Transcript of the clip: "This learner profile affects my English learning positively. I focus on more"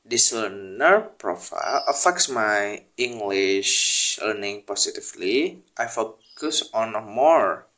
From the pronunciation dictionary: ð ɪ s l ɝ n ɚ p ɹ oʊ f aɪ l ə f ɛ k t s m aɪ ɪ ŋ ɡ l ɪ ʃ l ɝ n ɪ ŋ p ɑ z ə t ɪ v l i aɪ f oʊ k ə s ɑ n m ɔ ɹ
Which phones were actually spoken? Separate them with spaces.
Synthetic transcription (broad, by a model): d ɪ s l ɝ n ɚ p ɹ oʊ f aɪ l ə f ɛ k t s m aɪ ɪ ŋ ɡ l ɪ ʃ l ɝ n ɪ ŋ p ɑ s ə t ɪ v l i aɪ f oʊ k ə s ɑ n m ɔ ɹ